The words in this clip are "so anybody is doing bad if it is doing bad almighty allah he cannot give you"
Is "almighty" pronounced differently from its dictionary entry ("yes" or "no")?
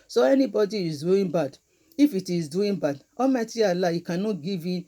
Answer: yes